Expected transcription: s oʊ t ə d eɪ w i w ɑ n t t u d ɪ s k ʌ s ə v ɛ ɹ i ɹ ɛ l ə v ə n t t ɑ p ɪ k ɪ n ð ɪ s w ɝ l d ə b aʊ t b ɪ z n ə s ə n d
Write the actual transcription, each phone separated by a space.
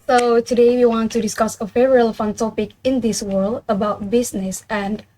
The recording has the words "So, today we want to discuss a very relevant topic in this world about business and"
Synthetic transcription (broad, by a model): s oʊ t ə d eɪ w i w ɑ n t t u d ɪ s k ʌ s ə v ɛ ɹ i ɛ l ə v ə n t t ɑ p ɪ k ɪ n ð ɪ s w ɝ l d ə b aʊ t b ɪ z n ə s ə n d